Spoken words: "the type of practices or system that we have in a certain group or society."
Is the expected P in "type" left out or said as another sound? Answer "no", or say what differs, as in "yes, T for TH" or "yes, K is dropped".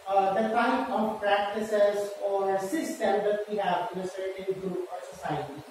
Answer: yes, P is dropped